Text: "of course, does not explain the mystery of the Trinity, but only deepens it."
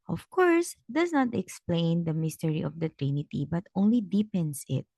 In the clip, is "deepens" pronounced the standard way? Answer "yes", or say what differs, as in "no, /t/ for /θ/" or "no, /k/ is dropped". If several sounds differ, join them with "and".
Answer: no, /s/ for /z/